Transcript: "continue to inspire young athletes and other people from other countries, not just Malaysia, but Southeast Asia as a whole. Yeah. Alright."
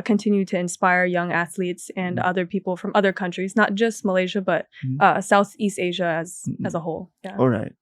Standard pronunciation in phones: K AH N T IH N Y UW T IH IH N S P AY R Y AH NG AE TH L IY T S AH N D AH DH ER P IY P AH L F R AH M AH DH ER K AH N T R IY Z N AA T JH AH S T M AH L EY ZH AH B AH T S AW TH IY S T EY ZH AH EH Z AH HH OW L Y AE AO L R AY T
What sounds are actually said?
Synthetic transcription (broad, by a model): K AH N T IH N Y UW T IH IH N S P AY R Y AH NG AE TH L IY T S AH N AH DH ER P IY P L F R AH M AH DH ER K AH N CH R IY Z N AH T JH AH S T M AH L EY ZH AH B AH T S AW TH IY S T EY ZH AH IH Z AH HH OW L Y AE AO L R AY T